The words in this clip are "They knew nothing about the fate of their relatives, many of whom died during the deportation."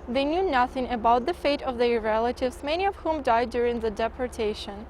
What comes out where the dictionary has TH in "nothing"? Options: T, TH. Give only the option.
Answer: TH